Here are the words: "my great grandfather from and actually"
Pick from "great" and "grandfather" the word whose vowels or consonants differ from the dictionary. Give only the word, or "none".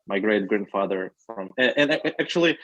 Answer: none